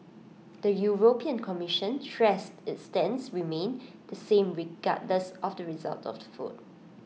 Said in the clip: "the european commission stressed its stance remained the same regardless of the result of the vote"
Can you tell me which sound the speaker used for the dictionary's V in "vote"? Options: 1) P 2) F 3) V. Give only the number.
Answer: 2